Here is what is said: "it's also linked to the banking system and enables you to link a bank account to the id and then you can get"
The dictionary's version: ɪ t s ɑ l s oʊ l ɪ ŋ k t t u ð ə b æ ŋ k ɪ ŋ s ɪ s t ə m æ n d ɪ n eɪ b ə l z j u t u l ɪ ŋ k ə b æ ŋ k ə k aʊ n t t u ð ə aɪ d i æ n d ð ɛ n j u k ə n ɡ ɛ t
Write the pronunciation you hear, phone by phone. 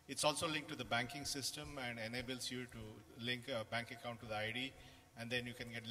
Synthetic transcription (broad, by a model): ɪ t s ɑ l s oʊ l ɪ ŋ k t t u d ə b æ ŋ k ɪ ŋ s ɪ s t ə m æ n d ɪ n eɪ b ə l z j u t u l ɪ ŋ k ə b æ ŋ k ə k aʊ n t t u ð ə aɪ d i æ n d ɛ n j u k ə n ɡ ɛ t